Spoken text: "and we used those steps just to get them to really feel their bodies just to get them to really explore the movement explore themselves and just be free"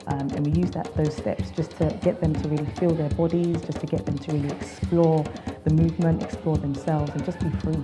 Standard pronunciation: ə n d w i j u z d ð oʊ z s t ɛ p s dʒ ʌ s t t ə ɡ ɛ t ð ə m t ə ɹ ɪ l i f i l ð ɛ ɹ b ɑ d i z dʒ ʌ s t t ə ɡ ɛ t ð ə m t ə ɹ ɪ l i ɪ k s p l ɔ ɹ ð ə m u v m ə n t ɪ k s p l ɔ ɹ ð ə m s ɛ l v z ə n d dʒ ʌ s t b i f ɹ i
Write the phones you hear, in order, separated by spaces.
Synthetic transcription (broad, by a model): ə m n w i j u z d ð oʊ z s t ɛ p s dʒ ʌ s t t ə ɡ ɛ t ð ə m t ə ɹ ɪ l i f i l ð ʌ ɹ b ɑ d i z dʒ ʌ s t t ə ɡ ɛ t ð ə m t ə ɹ ɪ l i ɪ k s p l ɔ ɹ ð ə m u v m ə n t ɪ k s p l ɔ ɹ ð ə m s ɛ l v z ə n dʒ ʌ s b i f ɹ i